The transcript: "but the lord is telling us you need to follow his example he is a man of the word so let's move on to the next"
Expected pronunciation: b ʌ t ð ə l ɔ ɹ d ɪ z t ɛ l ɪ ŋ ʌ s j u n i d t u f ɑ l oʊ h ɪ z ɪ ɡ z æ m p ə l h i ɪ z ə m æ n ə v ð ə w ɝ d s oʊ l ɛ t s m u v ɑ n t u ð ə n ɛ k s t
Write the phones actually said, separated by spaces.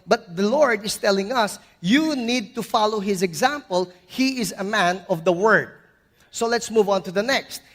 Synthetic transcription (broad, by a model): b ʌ t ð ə l ɔ ɹ d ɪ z t ɛ l ɪ ŋ ʌ s j u n i d t u f ɑ l oʊ h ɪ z ɪ ɡ z æ m p ə l h i ɪ z ə m æ n ə v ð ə w ɝ d s oʊ l ɛ t s m u v ɑ n t u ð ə n ɛ k s t